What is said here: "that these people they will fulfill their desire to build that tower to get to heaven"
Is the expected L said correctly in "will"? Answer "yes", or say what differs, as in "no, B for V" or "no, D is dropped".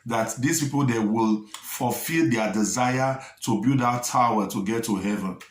yes